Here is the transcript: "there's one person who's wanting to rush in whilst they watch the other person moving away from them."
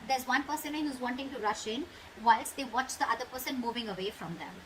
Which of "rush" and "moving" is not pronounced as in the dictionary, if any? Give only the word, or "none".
none